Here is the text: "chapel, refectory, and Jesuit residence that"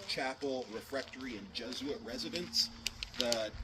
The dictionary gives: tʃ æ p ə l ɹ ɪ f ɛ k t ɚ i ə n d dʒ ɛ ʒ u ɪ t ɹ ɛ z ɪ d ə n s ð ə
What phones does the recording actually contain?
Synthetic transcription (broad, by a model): tʃ æ p l ɹ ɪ f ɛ k t ɚ i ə n dʒ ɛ z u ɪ t ɹ ɛ z ɪ d ə n s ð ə